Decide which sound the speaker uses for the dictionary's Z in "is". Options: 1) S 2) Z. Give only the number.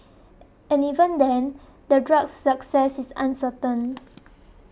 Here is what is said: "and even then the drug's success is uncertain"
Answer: 1